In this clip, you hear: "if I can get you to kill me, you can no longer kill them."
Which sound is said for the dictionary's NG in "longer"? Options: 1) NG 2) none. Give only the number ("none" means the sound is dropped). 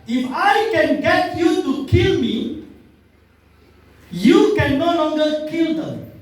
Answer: 1